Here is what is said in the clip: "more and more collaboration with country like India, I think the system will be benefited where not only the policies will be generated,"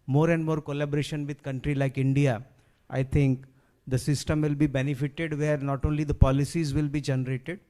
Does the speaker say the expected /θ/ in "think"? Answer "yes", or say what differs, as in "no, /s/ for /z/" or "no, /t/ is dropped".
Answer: no, /t/ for /θ/